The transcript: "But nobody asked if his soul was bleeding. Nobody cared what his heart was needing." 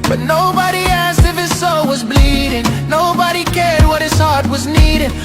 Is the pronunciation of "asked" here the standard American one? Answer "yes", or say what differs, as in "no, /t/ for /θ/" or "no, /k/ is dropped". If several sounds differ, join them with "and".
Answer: yes